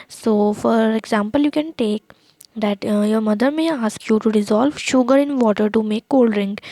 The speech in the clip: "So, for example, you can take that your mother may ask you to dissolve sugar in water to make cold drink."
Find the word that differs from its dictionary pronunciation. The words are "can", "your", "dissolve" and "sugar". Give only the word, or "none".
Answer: none